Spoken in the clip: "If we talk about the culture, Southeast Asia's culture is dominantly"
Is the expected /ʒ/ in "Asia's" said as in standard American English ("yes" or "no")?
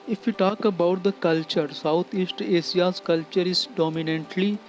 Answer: no